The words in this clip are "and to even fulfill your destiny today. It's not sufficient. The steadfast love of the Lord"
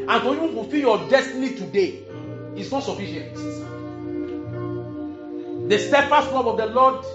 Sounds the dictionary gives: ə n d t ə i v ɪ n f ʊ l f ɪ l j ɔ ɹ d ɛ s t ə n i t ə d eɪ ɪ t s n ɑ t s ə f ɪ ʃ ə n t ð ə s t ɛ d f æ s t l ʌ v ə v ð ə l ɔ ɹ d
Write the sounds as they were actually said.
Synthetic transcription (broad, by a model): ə n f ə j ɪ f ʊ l f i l j ɔ d ɛ s t ə n i t ə d eɪ ɪ t s n ɑ t s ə f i ʃ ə n t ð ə s t ɛ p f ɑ s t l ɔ p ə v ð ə l ɔ d